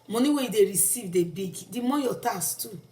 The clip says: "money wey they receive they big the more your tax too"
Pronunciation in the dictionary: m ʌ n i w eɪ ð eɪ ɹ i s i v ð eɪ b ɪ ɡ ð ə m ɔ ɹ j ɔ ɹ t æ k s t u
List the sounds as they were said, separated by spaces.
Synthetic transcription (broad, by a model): m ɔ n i w eɪ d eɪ ɹ i s i v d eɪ b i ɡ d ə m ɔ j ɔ t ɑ s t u